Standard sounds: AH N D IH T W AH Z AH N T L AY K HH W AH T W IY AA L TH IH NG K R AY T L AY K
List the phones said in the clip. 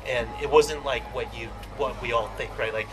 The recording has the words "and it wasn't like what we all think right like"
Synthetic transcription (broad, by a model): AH N IH T W AH Z AH N T L AY K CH W AH T W IY AA L TH IH NG K R AY T L AY K